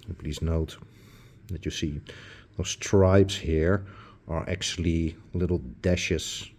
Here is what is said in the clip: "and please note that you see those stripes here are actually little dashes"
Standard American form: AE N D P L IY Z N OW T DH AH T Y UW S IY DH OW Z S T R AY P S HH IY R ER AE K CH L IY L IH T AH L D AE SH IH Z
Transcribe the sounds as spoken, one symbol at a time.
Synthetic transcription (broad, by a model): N P L IY Z N OW T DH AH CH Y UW S IY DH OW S T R AY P S HH IY R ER AE K CH L IY L IH T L D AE SH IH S